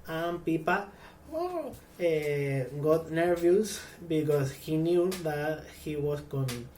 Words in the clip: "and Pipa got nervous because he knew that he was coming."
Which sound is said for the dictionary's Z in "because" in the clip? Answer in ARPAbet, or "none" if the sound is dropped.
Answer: S